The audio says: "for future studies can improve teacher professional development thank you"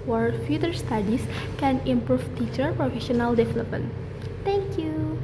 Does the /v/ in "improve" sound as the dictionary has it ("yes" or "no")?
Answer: no